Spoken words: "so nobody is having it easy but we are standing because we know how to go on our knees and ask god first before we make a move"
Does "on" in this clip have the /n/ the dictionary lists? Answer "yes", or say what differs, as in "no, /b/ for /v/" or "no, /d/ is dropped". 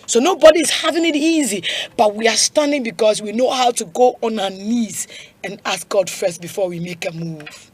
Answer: yes